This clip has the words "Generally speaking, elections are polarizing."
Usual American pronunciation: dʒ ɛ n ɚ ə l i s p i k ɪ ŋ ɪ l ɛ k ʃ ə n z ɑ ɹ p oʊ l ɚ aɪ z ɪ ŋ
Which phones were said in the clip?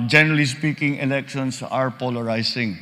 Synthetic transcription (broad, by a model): dʒ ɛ n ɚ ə l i s p i k ɪ ŋ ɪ l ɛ k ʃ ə n s ɑ ɹ p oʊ l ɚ aɪ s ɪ ŋ